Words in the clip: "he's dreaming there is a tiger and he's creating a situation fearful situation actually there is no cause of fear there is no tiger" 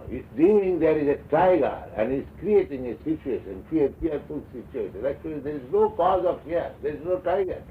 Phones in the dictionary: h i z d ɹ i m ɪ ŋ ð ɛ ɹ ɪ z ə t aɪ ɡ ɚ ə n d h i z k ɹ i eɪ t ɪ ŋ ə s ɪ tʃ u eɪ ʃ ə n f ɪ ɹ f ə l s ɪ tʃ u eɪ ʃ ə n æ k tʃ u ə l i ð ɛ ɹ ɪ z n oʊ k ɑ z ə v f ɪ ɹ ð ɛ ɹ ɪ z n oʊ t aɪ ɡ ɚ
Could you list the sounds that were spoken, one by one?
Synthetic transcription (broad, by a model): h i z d i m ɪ ŋ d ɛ ɹ ɪ z ə t aɪ ɡ ɚ ə n d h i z k ɹ i eɪ t ɪ ŋ ə s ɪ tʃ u eɪ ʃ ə n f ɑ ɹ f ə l s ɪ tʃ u eɪ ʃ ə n æ k tʃ u ə l i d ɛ ɹ ɪ z n oʊ k ɑ z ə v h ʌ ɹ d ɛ ɹ ɪ z n oʊ t aɪ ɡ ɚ